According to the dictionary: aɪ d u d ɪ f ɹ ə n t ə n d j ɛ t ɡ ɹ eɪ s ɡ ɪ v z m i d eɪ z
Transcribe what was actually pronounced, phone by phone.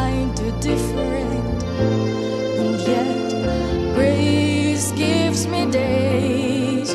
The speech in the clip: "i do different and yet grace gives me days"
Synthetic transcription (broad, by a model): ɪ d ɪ d ɪ f ɹ ə n t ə n j ɛ t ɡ ɹ eɪ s ɡ ɪ v z m i d eɪ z